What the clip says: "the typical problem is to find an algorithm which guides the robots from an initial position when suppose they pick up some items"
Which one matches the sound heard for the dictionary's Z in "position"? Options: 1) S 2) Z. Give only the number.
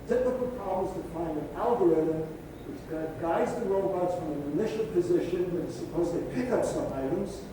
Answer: 2